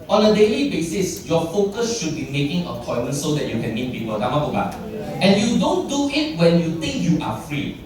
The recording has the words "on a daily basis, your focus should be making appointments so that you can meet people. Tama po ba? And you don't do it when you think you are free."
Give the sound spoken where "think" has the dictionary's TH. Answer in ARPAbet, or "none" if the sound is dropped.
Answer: T